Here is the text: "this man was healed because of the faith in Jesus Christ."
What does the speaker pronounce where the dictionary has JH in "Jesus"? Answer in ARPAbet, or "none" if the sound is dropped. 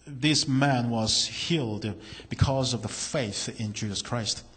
JH